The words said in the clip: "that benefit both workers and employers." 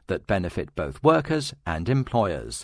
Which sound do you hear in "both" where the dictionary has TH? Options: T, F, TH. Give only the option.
TH